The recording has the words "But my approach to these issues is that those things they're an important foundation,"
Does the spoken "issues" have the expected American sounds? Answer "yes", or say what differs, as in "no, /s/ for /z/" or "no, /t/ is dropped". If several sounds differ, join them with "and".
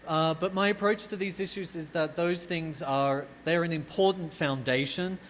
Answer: yes